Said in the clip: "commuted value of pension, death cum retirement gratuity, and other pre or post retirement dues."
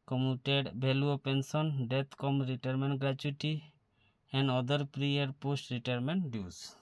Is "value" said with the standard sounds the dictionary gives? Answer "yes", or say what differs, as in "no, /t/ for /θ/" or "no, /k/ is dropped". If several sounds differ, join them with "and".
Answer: no, /b/ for /v/